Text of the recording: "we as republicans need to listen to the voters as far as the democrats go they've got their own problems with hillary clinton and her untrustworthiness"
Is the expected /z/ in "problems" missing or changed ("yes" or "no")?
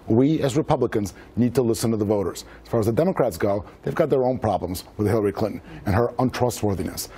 no